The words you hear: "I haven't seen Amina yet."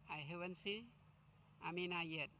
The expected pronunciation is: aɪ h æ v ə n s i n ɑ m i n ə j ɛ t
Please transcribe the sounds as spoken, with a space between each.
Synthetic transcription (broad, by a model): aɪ h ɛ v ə n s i ɑ m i n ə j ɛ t